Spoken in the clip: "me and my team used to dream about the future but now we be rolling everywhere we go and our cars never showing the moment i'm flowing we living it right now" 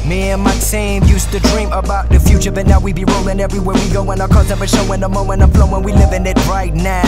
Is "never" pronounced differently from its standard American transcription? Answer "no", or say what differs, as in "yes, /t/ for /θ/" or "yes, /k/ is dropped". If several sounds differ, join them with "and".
yes, /p/ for /v/